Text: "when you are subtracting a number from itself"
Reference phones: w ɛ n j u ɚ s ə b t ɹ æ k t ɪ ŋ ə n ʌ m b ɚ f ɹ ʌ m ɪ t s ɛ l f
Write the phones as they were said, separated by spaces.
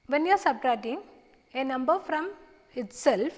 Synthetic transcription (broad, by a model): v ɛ n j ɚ s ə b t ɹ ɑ t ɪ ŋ ə n ʌ m b ɚ f ɹ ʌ m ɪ t s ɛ l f